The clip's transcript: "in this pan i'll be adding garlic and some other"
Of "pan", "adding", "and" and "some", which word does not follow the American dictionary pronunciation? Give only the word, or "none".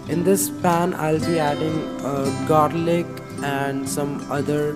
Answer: none